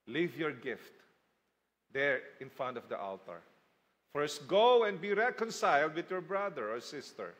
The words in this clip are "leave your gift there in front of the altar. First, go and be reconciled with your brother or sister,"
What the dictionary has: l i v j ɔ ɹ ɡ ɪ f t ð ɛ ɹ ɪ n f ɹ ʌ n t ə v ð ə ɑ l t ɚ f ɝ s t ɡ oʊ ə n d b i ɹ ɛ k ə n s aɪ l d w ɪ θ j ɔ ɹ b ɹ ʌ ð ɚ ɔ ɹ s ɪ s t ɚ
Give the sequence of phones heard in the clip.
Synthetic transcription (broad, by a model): l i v j ɔ ɹ ɡ ɪ f t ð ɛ ɹ ɪ n f ɹ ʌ n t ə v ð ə ɑ l t ɚ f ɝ s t ɡ oʊ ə n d b i ɹ ɛ k ə n s aɪ l d w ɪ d j ɔ ɹ b ɹ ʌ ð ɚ ɔ ɹ s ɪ s t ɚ